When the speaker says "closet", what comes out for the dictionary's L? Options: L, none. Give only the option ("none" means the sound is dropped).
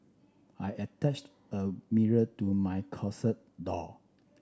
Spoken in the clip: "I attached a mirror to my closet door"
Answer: none